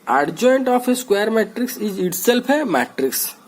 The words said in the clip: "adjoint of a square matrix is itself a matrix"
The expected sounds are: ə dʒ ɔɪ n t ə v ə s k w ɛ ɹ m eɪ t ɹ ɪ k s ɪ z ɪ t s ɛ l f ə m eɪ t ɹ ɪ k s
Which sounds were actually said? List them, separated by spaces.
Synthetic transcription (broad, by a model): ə dʒ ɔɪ n t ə p ə s k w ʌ ɹ m eɪ t ɹ ɪ k s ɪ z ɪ t s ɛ l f ə m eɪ t ɹ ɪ k s